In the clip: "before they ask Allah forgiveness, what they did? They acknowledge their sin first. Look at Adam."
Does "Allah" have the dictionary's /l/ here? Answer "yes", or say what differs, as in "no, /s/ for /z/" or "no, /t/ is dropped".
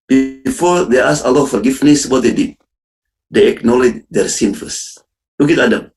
yes